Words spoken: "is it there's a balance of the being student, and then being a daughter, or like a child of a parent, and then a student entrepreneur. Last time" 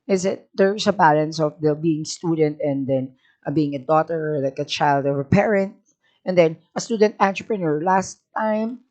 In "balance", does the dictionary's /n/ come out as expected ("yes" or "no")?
yes